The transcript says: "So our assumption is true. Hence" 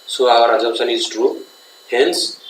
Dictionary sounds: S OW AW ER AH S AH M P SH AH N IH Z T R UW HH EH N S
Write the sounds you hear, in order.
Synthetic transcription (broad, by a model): S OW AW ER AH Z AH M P S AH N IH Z T R UW HH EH N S